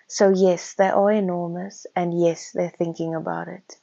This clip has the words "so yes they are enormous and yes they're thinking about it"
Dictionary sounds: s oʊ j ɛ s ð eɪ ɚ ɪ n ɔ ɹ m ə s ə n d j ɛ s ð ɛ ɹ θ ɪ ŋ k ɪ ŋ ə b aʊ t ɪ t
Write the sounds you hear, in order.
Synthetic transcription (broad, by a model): s oʊ j ɛ s ð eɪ ɚ ɪ n ɔ ɹ m ə s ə n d j ɛ s ð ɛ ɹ θ ɪ ŋ k ɪ ŋ ə b aʊ t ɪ t